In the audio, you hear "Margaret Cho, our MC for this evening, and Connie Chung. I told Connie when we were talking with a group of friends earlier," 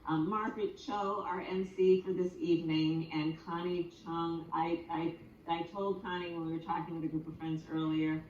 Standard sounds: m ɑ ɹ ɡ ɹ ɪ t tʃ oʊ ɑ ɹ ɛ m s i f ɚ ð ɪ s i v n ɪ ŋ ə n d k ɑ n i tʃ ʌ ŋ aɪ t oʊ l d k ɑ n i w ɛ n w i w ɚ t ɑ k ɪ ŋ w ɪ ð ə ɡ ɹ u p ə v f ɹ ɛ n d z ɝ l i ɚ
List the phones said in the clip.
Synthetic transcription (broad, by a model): m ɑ ɹ ɡ ɹ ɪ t tʃ oʊ ɑ ɹ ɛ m s i f ɚ ð ɪ s i v n ɪ ŋ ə n k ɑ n i tʃ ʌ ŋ aɪ t oʊ l d k ɑ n i w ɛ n w i w ɚ t ɑ k ɪ ŋ w ɪ ð ə ɡ ɹ u p ə v f ɹ ɛ n d z ɝ l i ɚ